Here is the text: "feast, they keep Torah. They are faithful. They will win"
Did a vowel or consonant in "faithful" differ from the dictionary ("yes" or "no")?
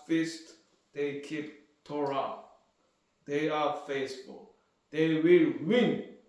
yes